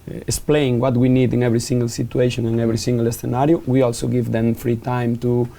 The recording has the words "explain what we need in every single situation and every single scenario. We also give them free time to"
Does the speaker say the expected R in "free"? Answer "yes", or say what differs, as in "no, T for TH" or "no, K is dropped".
yes